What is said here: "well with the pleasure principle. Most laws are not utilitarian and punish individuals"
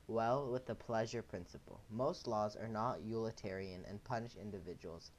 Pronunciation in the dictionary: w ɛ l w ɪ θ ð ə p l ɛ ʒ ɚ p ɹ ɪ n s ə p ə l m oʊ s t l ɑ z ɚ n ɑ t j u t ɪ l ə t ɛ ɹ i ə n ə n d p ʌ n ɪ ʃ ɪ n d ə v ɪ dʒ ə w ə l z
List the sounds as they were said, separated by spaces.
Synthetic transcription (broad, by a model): w ɛ l w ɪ ð ə p l ɛ ʒ ɚ p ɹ ɪ n s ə p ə l m oʊ s t l ɑ z ɚ n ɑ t j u l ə t ɛ ɹ i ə n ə n p ʌ n ɪ ʃ ɪ n d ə v ɪ dʒ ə w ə l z